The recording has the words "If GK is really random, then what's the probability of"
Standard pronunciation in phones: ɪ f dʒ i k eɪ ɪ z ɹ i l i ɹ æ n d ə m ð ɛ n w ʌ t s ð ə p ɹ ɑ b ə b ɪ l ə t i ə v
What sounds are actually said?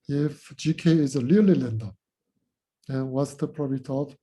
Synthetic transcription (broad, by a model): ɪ f dʒ i k eɪ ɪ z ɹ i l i l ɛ n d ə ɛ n w ʌ t s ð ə p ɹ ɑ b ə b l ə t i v